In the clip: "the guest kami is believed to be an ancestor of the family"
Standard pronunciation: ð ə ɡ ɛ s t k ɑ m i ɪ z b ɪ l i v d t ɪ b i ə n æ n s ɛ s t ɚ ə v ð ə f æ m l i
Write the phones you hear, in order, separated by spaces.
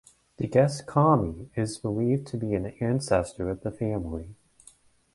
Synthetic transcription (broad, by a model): ð ə ɡ ɛ s k ɑ m i ɪ z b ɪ l i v t ɪ b i ə n æ n s ɛ s t ɚ ə v ð ə f æ m l i